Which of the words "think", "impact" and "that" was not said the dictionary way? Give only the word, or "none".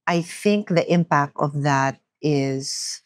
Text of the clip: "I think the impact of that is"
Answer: none